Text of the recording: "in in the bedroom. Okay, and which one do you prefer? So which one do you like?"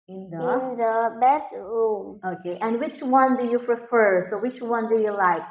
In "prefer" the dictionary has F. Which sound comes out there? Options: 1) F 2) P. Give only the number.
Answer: 1